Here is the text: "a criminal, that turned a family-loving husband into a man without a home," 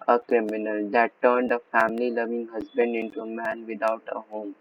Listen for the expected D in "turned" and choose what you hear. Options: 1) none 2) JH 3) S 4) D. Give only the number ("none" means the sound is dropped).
4